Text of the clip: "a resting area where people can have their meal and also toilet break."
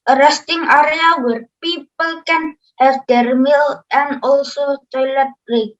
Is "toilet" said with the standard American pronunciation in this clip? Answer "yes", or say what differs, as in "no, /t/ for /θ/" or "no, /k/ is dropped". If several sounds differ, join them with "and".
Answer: yes